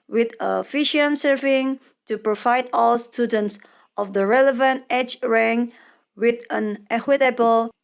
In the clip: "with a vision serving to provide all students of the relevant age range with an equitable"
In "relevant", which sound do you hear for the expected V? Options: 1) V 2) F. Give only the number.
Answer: 1